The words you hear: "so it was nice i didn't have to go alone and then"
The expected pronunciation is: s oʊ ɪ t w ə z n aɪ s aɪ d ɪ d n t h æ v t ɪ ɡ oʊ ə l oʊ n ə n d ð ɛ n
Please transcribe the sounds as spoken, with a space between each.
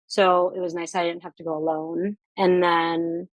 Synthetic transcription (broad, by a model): s oʊ ɪ t w ə z n aɪ s aɪ d ɪ d n t h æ f t ɪ ɡ oʊ ə l oʊ n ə n ð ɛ n